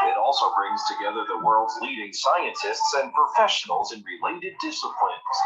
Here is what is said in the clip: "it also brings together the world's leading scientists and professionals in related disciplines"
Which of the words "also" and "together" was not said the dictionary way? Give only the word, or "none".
none